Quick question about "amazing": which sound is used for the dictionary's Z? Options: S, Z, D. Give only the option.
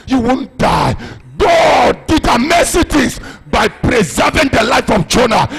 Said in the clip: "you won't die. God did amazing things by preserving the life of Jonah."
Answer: S